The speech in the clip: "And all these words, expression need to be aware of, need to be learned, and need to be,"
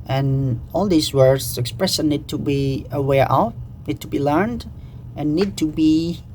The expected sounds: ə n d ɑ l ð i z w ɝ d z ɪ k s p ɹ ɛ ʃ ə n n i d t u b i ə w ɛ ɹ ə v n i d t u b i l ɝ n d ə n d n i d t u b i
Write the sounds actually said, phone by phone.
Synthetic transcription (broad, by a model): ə n ɑ l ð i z w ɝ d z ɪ k s p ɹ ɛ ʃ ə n n i d t u b i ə w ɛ ɹ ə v n i d t u b i l ɝ n d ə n n i d t u b i